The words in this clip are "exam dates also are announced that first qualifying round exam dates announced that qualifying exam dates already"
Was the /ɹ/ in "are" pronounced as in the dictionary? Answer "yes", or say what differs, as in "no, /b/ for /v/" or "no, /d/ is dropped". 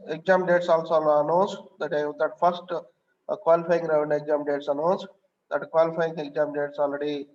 no, /l/ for /ɹ/